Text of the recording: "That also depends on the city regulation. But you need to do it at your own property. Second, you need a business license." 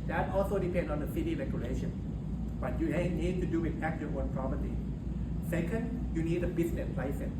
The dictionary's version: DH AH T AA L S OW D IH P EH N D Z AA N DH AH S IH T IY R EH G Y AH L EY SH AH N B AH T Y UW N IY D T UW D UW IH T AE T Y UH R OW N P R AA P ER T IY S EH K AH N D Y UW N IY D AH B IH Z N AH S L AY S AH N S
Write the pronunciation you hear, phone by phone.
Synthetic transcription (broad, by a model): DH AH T AA L S OW D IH P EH N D AA N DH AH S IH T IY R EH G Y AH L EY SH AH N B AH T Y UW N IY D T UW D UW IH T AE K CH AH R OW N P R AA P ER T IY S EH K AH N D Y UW N IY D AH B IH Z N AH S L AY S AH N